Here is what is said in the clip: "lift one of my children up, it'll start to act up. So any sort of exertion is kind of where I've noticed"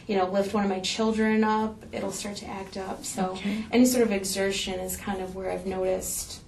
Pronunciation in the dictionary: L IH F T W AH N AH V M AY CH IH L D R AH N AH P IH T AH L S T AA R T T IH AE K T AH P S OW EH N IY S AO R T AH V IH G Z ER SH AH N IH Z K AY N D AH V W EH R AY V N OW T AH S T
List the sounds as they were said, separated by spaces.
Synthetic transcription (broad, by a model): L IH F T W AH N AH V M AY CH IH L D R AH N AH P IH T L S T AA R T T IH AE K T AH P S OW EH N IY S AO R T AH V IH G Z ER SH AH N IH Z K AY N D AH V W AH R AY V N OW T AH S T